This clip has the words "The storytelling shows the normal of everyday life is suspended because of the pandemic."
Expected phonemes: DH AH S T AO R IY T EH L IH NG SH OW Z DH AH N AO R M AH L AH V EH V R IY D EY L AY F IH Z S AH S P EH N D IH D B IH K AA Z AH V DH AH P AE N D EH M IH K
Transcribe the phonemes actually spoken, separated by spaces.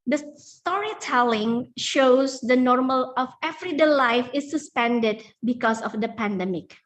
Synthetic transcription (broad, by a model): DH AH S T AO R IY T EH L IH NG SH OW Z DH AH N AO R M AH L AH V EH V R IY D EY L AY F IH S AH S P EH N D IH D B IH K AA S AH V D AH P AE N D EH M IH K